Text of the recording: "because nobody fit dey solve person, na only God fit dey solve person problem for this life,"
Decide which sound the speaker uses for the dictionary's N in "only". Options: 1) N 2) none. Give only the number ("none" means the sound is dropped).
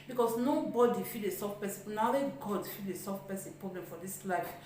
2